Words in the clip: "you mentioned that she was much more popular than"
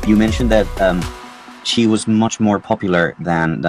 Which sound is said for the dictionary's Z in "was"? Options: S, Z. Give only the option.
Z